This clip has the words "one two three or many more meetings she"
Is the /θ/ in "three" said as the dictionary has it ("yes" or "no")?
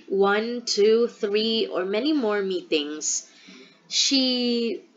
yes